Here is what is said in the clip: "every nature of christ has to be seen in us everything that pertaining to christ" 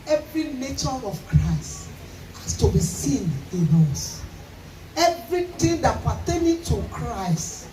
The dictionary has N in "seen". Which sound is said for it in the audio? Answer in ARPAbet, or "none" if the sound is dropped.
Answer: N